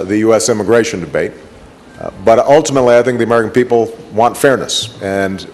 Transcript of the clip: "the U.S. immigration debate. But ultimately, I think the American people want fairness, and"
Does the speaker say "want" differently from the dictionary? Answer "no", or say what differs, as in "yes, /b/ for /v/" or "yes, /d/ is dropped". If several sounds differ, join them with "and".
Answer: no